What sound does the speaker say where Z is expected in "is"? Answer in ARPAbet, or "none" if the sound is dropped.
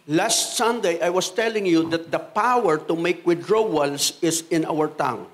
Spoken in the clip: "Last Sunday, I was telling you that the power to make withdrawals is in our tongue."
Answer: S